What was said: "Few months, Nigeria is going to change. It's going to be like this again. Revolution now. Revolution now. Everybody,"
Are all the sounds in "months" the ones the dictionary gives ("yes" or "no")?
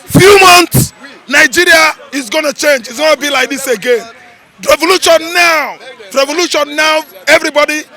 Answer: no